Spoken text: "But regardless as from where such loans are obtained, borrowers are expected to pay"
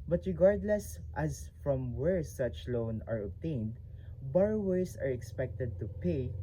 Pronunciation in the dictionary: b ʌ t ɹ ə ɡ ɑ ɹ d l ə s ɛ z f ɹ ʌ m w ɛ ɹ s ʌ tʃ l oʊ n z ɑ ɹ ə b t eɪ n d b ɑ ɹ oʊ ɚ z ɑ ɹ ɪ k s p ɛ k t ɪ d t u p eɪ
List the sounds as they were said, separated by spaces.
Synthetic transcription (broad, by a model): b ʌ t ɹ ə ɡ ɑ ɹ d l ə s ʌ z f ɹ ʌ m w ɛ ɹ s ʌ tʃ l oʊ n ɑ ɹ ə b t eɪ n d b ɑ ɹ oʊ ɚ s ɑ ɹ ɪ k s p ɛ k t ɪ d t u p eɪ